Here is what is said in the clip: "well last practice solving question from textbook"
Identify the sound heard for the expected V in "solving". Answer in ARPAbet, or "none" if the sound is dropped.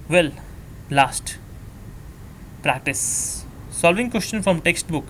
V